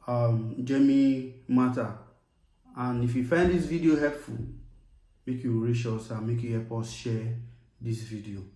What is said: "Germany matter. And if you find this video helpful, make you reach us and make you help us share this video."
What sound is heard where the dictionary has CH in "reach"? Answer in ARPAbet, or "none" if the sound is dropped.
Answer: SH